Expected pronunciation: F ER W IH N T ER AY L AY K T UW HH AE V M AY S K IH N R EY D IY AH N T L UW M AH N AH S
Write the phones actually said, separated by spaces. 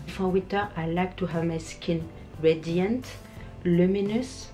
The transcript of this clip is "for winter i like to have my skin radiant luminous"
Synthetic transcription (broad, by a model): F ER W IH T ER AY L AY K T UW HH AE V M AY S K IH N R EY D IY AH N T L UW M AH N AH S